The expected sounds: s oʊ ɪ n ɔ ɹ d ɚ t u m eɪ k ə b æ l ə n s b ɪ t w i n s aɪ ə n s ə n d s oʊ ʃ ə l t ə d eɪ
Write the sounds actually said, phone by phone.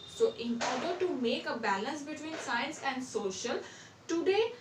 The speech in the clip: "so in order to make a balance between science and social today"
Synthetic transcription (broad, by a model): s oʊ ɪ n ɔ ɹ d ɚ t u m eɪ k ə b æ l ə n s b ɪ t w i n s aɪ ə n s ə n d s oʊ ʃ ə l t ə d eɪ